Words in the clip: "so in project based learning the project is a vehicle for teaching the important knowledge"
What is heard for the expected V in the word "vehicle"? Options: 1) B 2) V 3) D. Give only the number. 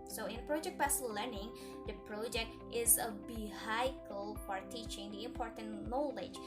1